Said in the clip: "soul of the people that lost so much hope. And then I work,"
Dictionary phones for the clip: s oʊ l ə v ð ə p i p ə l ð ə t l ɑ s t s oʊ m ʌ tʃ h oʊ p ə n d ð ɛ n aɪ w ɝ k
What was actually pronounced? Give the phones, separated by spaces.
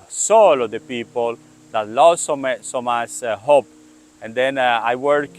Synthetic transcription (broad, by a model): s oʊ l ə v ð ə p i p ə l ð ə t l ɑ s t s oʊ m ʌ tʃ h oʊ p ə n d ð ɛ n aɪ w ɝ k